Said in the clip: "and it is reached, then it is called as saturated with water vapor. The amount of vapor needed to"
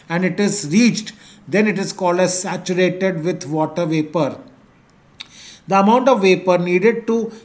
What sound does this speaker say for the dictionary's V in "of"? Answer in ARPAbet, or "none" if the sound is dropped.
V